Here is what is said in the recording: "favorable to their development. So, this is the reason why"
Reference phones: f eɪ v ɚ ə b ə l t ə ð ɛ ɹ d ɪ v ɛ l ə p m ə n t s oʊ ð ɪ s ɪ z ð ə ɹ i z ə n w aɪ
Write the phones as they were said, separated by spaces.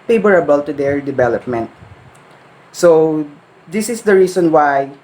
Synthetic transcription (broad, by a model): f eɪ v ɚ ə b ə l t ə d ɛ ɹ d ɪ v ɛ l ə p m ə n t s oʊ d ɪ s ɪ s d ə ɹ i s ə n w aɪ